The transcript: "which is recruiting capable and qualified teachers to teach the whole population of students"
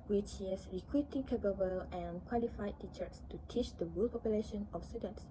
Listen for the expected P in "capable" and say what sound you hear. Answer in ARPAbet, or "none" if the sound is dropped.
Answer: B